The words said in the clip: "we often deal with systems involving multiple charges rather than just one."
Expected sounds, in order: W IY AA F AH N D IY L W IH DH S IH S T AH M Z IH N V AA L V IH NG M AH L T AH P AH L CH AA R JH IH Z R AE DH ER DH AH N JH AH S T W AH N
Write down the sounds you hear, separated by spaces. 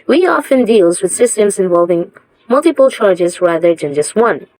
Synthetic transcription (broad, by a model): W IY AA F AH N D IY L W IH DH S IH S T AH M Z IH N V AA L V IH NG M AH L T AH P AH L CH AA R JH IH Z R AE DH ER DH AH N JH AH S T W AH N